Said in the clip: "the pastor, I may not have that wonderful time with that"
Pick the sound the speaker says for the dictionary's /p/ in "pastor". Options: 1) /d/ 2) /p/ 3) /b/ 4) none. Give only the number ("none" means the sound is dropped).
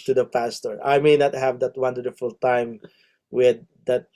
2